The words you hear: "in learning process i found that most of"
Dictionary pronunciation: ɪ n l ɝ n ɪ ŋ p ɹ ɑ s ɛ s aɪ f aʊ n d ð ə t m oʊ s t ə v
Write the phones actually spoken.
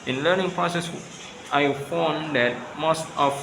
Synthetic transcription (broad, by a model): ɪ n l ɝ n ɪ ŋ p ɹ ɑ s ɛ s aɪ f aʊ n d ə t m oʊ s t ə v